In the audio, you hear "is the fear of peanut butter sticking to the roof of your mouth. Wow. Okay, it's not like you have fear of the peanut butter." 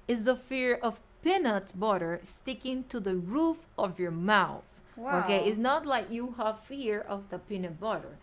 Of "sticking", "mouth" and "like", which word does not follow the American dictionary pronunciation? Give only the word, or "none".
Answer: none